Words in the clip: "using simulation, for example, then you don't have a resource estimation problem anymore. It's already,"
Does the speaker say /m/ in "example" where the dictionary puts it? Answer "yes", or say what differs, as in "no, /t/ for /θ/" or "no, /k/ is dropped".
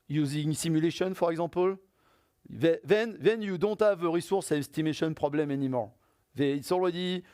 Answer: no, /m/ is dropped